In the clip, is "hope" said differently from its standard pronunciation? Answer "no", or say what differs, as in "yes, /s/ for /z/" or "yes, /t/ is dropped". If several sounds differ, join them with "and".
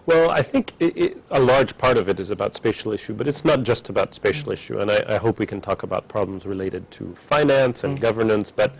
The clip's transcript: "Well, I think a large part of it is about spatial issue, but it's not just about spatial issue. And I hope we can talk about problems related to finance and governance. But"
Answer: no